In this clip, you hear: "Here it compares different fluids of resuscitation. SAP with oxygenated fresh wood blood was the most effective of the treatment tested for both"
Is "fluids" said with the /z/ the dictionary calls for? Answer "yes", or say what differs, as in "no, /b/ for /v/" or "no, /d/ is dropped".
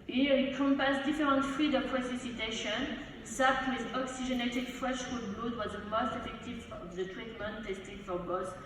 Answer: no, /z/ is dropped